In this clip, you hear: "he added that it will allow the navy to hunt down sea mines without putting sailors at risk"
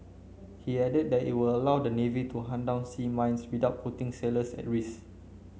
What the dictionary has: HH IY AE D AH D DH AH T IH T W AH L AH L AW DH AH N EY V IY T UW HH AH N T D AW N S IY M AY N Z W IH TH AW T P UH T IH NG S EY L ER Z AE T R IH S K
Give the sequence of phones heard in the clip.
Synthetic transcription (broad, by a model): HH IY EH D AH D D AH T IH T W AH L AH L AW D AH N EY V IY T UW HH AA N D AW N S IY M AY N S W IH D AW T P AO T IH NG S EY L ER S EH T R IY S